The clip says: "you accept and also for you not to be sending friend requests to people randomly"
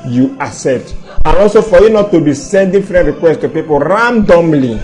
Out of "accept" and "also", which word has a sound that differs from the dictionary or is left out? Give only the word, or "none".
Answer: accept